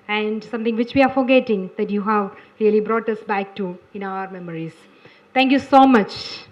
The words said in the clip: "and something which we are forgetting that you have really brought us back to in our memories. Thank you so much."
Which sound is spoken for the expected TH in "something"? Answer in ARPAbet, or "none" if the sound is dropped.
T